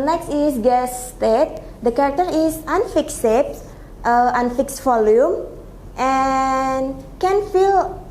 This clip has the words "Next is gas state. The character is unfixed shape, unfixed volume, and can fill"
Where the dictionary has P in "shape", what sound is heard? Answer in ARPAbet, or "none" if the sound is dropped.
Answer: none